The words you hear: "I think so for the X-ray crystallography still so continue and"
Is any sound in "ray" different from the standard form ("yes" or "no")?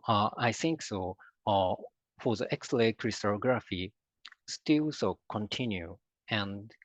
yes